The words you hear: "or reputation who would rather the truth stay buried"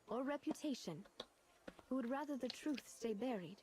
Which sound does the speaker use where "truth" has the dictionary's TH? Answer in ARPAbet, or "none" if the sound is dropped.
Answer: TH